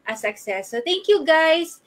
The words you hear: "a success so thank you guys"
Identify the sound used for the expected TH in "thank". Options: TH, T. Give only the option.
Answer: T